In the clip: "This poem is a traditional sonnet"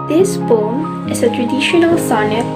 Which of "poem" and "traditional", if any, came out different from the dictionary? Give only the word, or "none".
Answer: poem